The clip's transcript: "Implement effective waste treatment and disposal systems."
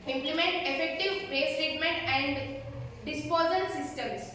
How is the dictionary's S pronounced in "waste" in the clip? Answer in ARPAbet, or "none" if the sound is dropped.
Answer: none